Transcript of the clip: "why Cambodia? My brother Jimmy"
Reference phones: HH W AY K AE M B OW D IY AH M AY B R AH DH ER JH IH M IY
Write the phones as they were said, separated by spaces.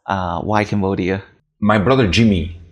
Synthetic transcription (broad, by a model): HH W AY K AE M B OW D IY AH M AY B R AH DH ER JH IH M IY